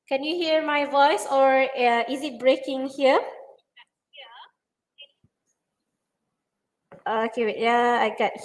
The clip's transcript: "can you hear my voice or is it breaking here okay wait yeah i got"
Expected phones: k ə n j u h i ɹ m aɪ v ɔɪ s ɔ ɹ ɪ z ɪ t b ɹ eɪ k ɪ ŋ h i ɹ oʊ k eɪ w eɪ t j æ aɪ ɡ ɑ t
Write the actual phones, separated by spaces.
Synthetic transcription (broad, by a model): k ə n j u h i ɹ m aɪ v ɔɪ s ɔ ɹ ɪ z ɪ t b ɹ eɪ k ɪ ŋ h i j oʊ ɔ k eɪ j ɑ aɪ ɡ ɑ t